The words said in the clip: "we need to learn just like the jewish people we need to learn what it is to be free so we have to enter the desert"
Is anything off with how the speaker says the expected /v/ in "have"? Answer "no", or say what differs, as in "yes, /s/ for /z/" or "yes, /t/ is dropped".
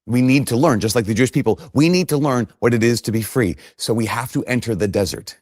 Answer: yes, /f/ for /v/